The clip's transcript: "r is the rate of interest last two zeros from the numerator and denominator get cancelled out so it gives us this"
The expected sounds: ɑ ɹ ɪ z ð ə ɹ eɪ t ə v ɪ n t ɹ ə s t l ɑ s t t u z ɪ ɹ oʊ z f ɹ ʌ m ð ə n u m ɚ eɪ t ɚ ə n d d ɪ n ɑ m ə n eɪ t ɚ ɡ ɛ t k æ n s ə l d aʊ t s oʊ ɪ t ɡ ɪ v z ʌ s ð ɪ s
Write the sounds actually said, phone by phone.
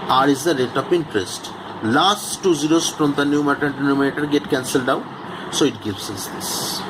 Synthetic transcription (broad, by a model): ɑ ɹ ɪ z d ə ɹ eɪ t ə p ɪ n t ɹ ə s t l ɑ s t t u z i ɹ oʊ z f ɹ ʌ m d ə n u m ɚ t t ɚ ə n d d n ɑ m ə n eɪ t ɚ ɡ ɛ t k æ n s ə l d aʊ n s oʊ ɪ t ɡ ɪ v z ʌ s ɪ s